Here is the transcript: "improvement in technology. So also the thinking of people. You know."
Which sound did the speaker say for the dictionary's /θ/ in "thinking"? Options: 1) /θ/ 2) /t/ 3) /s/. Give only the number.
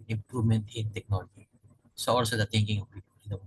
2